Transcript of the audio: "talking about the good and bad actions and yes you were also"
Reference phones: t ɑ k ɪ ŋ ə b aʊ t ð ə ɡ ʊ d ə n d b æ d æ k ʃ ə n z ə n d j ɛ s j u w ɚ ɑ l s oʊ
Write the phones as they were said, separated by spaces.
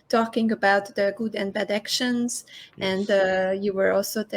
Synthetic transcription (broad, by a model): t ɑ k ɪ ŋ ə b aʊ t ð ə ɡ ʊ d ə n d b æ d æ k ʃ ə n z ə n d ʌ j u w ɚ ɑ l s oʊ